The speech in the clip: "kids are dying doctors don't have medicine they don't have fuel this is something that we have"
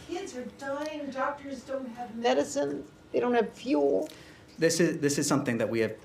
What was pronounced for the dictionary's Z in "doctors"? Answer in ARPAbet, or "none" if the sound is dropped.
Z